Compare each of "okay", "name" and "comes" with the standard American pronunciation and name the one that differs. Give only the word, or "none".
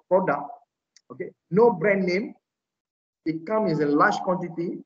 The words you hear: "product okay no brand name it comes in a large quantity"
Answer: comes